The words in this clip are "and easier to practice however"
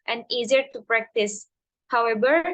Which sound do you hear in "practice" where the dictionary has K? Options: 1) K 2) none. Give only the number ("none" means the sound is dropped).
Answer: 1